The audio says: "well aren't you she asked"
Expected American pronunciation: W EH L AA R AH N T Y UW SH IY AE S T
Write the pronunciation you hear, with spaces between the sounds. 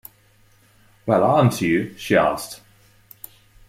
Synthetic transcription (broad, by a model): W EH L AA AH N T Y UW SH IY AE S T